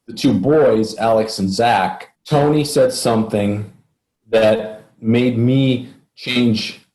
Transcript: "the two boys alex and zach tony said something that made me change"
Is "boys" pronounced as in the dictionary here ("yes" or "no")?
yes